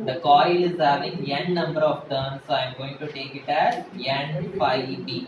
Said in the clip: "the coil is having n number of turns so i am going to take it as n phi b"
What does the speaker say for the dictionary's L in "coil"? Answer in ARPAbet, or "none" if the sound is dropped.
L